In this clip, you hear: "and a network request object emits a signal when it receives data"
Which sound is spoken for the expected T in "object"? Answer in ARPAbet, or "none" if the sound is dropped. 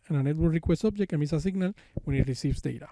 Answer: none